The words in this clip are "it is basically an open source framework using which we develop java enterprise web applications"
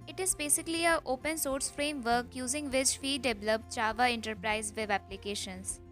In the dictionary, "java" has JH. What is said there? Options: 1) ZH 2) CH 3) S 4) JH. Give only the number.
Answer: 2